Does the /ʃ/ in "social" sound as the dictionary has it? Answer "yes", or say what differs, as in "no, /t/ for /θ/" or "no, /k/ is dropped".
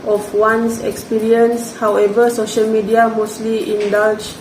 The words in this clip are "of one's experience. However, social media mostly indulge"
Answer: yes